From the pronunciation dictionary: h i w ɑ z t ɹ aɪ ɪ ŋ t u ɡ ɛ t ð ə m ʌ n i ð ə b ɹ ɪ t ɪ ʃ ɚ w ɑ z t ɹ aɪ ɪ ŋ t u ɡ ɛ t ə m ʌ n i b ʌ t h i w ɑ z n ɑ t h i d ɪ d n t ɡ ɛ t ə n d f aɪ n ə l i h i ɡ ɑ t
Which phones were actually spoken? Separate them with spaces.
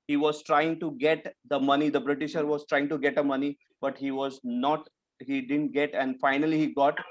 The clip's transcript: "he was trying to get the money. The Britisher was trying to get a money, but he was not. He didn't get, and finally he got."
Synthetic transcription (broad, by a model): h i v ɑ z t ɹ aɪ ɪ ŋ t u ɡ ɛ t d ə m ʌ n i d ə b ɹ ɪ t ɪ ʃ ɚ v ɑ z t ɹ aɪ ɪ ŋ t u ɡ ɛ t ə m ʌ n i b ʌ t h i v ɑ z n ɑ t h i d ɪ d n t ɡ ɛ t ə n d f aɪ n ə l i h i ɡ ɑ t